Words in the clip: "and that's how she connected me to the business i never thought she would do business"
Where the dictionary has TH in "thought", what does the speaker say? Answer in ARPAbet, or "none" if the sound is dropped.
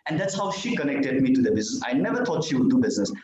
T